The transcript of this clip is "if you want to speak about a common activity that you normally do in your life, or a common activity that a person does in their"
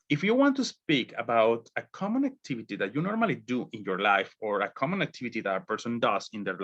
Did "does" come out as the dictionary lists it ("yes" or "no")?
no